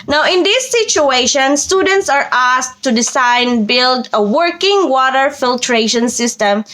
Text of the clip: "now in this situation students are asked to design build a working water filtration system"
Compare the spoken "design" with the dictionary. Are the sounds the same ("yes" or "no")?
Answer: no